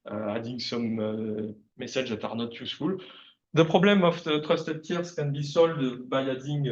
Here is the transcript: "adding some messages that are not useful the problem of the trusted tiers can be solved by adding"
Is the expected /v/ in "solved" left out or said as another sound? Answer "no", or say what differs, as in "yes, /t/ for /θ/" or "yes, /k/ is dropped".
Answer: yes, /v/ is dropped